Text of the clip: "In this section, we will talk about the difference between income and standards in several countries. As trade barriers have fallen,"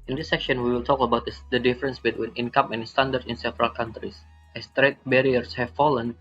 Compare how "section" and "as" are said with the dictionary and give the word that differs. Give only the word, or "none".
as